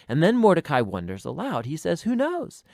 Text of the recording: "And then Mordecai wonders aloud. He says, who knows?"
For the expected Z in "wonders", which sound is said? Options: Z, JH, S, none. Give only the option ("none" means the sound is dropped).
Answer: Z